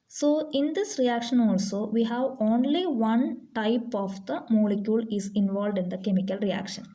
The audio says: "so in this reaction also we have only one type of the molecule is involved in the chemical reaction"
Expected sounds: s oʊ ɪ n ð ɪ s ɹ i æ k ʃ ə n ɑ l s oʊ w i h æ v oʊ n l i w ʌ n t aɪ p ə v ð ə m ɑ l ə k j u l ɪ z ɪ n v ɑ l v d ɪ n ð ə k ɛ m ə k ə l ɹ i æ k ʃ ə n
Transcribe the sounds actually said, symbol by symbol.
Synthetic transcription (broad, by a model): s oʊ ɪ n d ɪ s ɹ i æ k ʃ ə n ɑ l s oʊ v i h æ v oʊ n l i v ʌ n t aɪ p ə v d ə m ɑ l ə k j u l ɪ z ɪ n v ɑ l v d ɪ n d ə k ɛ m ə k ə l ɹ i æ k ʃ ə n